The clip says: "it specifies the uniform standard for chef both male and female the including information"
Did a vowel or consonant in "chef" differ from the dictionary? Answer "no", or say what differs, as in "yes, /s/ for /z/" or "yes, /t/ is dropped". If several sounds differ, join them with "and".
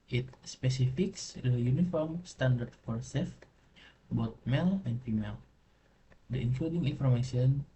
yes, /s/ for /ʃ/